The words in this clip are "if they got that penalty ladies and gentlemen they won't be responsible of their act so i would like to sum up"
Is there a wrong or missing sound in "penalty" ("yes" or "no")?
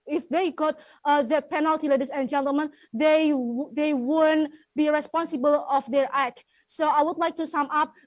no